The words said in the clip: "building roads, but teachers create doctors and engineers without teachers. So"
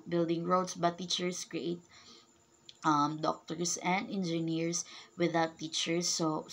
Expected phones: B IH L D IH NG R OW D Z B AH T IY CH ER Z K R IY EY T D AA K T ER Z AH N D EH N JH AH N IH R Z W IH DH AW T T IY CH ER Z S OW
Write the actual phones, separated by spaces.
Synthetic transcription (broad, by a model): B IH L D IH NG R OW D S B AH T IY CH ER S K R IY EY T D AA K T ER S AH N D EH N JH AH N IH R S W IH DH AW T T IY CH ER S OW